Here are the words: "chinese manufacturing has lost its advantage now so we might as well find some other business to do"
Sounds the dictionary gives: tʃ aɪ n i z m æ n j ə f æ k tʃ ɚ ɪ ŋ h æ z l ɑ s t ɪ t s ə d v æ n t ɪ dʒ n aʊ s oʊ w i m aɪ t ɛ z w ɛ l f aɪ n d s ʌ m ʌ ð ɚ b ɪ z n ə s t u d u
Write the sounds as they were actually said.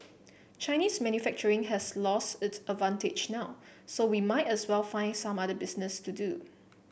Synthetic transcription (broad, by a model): tʃ aɪ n i s m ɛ n j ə f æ k tʃ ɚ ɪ ŋ h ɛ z l ɑ s t ɪ t s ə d v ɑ n t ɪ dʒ n aʊ s oʊ w i m aɪ t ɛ s w ɛ l f aɪ n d s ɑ m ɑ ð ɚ b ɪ s n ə s t u d u